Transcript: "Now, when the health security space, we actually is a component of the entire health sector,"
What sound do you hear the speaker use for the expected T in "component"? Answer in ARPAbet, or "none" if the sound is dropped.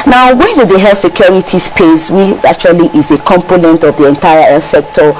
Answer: T